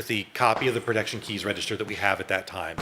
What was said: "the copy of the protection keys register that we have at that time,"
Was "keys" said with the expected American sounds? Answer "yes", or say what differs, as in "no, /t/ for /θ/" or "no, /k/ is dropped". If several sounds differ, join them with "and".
yes